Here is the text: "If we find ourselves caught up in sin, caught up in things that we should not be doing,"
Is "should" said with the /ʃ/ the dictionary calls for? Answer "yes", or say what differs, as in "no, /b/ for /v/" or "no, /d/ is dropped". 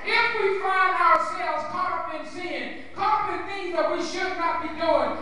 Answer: yes